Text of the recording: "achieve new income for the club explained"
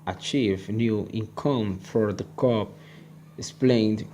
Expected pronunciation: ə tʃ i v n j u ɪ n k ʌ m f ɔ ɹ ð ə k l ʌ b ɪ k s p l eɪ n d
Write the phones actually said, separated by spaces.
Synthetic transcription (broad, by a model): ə tʃ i v n j u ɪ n k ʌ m f ɔ ɹ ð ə k ʌ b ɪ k s p l eɪ n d